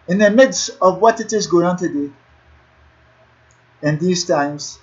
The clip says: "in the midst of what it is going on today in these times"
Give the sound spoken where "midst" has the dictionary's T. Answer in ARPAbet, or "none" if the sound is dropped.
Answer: T